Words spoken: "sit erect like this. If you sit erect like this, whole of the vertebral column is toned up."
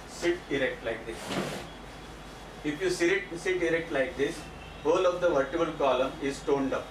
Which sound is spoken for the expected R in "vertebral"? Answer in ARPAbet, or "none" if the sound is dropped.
none